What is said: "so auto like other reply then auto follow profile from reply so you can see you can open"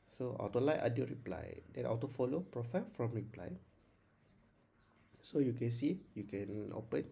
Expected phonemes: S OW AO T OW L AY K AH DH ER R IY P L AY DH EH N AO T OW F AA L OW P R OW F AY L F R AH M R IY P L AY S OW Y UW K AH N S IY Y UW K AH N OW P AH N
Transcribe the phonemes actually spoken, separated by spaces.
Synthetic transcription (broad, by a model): S OW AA T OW L AY AA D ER R IY P L AY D EH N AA T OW F AA L OW P R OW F AY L F R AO M R IY P L AY S OW Y UW K AH N S IY Y UW K AH N OW P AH N